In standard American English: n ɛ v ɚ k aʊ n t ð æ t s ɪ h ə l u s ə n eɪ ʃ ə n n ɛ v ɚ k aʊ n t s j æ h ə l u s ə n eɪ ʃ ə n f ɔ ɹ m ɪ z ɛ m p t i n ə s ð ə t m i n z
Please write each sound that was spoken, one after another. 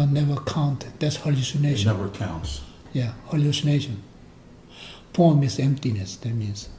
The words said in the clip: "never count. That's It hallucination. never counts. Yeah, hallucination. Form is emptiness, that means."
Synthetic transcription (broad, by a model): n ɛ v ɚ k aʊ n t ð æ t s h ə l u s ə n eɪ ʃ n n ɛ v ɚ k aʊ n t s j æ h ə l u s ə n eɪ ʃ ə n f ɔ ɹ m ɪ s ɛ m p t i n ə s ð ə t m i n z